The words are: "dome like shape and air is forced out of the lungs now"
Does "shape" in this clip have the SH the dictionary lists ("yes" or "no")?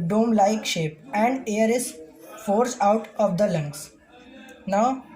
yes